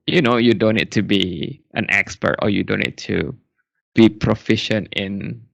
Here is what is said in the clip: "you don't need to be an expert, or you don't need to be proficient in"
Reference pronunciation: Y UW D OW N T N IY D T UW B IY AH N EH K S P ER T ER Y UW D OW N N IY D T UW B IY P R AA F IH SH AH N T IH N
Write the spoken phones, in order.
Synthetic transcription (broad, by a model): Y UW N OW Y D N IY D T UW B IY AH N EH K S P ER T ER Y UW D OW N N IY D T UW B IY P R AA F IH SH AH N T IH N